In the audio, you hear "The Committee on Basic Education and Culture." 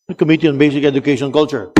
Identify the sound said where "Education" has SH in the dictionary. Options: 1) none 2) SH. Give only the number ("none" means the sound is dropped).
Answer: 1